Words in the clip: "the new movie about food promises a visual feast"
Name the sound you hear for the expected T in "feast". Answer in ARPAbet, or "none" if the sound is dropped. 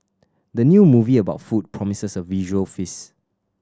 none